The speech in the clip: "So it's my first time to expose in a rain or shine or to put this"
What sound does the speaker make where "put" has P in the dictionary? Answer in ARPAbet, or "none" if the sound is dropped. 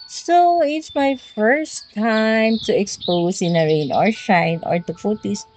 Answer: F